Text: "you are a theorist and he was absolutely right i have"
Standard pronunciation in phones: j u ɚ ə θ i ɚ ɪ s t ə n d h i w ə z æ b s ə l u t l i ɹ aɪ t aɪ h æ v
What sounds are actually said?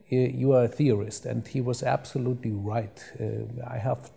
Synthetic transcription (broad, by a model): j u ɚ ə θ i ɚ ɪ s t ə n d h i w ə z æ b s ə l u t l i ɹ aɪ t aɪ h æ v